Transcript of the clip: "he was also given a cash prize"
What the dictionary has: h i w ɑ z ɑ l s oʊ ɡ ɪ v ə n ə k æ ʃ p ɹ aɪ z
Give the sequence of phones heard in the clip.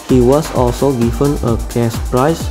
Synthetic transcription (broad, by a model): h i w ɑ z ɑ l s oʊ ɡ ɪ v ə n ə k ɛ s p ɹ aɪ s